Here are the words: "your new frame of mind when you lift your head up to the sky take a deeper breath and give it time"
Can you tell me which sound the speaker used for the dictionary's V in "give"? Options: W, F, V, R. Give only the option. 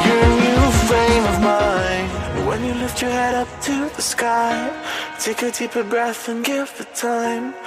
F